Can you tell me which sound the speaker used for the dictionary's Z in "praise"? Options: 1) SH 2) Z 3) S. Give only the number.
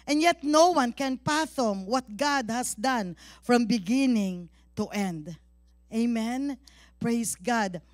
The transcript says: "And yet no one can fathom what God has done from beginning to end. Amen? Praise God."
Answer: 3